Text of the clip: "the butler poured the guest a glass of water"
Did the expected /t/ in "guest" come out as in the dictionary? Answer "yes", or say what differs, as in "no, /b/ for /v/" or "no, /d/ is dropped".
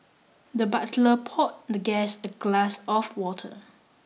no, /t/ is dropped